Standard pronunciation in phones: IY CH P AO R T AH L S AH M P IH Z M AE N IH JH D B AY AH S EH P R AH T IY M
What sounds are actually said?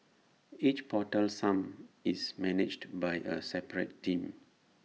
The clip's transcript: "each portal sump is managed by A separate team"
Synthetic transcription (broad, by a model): IY CH P AO T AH L S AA M IH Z M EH N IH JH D B AY AH S EH P R AH T IY M